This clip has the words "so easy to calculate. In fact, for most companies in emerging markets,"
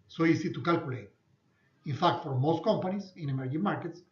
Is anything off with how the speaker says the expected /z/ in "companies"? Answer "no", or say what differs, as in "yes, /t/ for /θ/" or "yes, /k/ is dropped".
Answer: yes, /s/ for /z/